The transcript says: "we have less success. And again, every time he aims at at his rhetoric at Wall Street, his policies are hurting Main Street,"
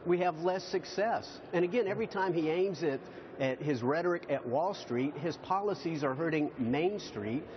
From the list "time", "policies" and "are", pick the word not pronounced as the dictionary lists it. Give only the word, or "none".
none